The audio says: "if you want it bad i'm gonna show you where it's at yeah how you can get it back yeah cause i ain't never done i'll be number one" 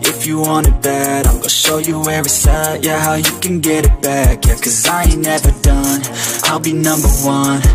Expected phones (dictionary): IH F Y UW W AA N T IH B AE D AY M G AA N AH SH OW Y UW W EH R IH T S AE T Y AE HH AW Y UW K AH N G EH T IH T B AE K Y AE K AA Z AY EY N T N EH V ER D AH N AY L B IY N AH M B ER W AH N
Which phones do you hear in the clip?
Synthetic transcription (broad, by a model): IH F Y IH W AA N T IH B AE D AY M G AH SH OW Y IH W EH R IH S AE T Y AE HH AW Y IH K AH N G EH T IH T B AE K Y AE K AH Z AY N N EH V ER D AH N AY L B IY N AH M B ER W AH N